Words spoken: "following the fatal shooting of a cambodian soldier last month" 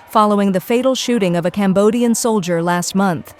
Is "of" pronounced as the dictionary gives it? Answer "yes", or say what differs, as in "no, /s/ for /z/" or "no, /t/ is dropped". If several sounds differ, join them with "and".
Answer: yes